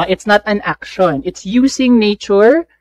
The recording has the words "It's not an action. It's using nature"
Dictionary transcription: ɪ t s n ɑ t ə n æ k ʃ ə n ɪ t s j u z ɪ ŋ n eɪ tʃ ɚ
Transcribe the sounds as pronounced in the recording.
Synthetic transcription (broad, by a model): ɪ t s n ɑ t ə n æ k ʃ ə n ɪ t s j u s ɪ ŋ n eɪ tʃ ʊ